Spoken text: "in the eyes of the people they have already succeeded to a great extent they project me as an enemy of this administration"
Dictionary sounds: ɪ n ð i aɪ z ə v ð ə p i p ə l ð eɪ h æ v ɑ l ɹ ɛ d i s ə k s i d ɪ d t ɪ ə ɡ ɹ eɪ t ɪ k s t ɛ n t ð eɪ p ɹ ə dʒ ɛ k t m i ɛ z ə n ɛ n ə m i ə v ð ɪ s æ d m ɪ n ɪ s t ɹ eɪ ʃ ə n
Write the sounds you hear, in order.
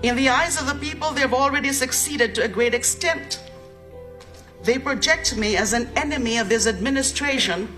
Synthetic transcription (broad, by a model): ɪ n ð i aɪ z ə v ð ə p i p ə l ð eɪ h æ v ɑ l ɹ ɛ d i s ə k s i d ɪ d t ɪ ə ɡ ɹ eɪ t ɪ k s t ɛ n t ð eɪ p ɹ ə dʒ ɛ k t m i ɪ z ə n ɛ n ə m i ə v ð ɪ s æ d m ɪ n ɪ s t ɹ eɪ ʃ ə n